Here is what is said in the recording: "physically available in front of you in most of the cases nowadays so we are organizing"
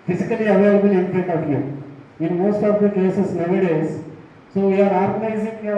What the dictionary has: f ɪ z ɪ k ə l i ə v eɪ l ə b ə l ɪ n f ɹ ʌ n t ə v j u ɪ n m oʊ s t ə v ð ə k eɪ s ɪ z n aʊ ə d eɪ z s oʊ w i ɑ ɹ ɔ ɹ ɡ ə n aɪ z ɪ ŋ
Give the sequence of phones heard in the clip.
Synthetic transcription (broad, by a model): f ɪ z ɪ k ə l i ə v eɪ l ə b ə l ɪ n p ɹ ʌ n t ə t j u ɪ n m oʊ s t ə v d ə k eɪ s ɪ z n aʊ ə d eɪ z s oʊ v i ɑ ɹ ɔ ɹ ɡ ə n aɪ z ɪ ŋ